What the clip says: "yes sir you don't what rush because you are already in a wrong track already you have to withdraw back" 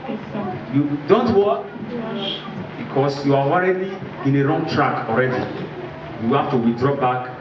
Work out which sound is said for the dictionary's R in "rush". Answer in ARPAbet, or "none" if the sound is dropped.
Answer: W